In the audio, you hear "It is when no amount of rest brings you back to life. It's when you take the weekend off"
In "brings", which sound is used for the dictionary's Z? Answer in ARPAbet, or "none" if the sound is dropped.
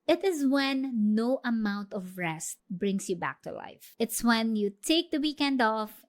S